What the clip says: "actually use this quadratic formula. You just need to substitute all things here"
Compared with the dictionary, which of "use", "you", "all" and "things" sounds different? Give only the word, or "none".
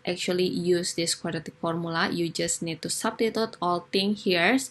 things